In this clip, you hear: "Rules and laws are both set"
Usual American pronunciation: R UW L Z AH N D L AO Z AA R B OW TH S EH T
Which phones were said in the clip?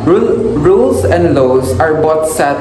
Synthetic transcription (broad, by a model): R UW L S AH N D L AO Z AA R B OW T S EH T